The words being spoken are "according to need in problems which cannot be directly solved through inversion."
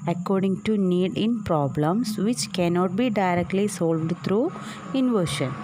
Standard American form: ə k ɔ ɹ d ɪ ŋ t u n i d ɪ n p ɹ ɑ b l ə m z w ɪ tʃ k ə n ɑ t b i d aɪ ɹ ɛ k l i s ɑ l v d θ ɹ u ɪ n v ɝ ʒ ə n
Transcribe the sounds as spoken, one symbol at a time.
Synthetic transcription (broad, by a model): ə k ɔ ɹ d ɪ ŋ t u n i d ɪ n p ɹ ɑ b l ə m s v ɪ tʃ k ə n ɑ t b i d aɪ ɹ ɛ k l i s ɑ l v d t ɹ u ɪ n v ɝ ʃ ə n